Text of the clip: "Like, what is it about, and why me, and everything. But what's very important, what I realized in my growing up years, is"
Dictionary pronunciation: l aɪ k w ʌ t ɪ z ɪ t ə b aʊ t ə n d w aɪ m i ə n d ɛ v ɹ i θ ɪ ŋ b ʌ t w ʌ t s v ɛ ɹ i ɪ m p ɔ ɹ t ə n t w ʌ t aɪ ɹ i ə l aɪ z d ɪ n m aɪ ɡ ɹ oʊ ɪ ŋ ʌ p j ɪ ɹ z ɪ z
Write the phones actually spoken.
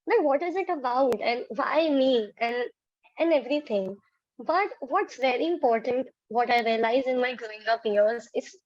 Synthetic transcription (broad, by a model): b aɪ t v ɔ t ɪ z ɪ t ə b aʊ t ə n d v aɪ m i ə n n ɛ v ɹ i t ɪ ŋ b ʌ t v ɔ t s v ɛ ɹ i ɪ m p ɔ ɹ t ə n t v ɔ t aɪ ɹ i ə l aɪ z ɪ n m aɪ ɡ ɹ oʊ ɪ ŋ ʌ p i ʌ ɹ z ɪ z